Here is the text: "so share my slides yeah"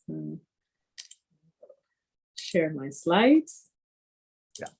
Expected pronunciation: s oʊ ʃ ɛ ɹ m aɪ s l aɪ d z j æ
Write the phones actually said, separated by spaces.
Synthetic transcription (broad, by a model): ʃ ɛ ɹ m aɪ s l aɪ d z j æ